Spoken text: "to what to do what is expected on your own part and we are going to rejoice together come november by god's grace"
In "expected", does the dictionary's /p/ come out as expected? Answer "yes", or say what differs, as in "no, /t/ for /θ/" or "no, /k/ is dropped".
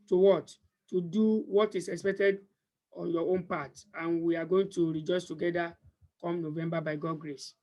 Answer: yes